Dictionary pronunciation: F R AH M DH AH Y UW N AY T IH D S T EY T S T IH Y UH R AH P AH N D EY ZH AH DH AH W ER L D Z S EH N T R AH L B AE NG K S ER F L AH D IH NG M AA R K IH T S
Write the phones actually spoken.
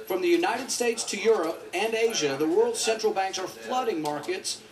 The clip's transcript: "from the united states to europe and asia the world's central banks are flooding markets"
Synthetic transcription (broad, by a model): F R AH M DH AH Y UW N AY T IH D S T EY T S T IH Y UH R AH P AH N EY ZH AH DH AH W ER L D S EH N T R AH L B AE NG K S ER F L AH D IH NG M AA R K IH T S